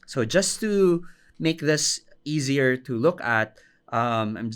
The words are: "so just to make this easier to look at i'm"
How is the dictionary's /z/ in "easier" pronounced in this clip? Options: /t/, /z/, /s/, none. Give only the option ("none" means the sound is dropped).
/z/